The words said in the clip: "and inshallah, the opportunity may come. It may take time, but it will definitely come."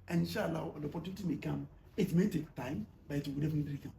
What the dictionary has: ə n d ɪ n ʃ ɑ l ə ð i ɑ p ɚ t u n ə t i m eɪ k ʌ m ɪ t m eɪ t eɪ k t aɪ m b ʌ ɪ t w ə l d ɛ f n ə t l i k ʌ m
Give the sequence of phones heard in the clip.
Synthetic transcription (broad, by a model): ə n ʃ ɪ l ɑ w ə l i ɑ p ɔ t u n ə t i m eɪ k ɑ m ɪ t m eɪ t eɪ k t aɪ m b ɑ ɪ t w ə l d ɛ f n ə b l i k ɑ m